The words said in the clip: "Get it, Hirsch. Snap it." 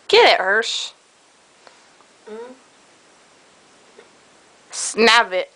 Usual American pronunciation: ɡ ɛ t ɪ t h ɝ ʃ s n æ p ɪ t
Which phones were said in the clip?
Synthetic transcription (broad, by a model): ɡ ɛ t ɪ t h ɝ ʃ s n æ b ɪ t